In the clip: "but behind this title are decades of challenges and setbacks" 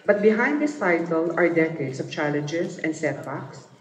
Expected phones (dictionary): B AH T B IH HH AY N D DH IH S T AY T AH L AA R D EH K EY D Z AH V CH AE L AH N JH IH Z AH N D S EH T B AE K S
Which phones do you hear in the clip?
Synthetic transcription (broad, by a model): B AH T B IH HH AY N D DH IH S T AY T AH L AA R D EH K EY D S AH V CH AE L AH N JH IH S AH N D S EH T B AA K S